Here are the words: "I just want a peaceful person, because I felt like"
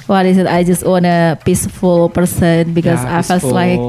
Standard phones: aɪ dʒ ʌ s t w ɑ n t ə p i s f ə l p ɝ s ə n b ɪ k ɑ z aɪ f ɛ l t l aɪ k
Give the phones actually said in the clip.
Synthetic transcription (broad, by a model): aɪ dʒ ʌ s t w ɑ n ə p i s f ə l p ɝ s ə n b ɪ k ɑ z aɪ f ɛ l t l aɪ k